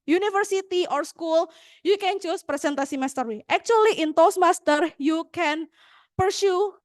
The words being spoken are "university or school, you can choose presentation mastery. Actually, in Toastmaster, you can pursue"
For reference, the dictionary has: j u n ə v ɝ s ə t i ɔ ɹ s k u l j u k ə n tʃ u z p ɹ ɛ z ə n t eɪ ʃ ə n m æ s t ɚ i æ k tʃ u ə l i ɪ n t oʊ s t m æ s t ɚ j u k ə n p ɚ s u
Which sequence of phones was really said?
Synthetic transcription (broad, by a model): j u n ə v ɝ s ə t i ɔ ɹ s k u l j u k ə n tʃ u s p ɹ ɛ s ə n t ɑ s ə m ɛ s t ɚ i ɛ k tʃ u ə l i ɪ n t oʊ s m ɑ s t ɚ j u k ə n p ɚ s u